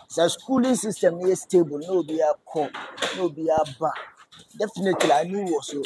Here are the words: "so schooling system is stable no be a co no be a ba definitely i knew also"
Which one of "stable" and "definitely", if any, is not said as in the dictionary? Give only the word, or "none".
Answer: none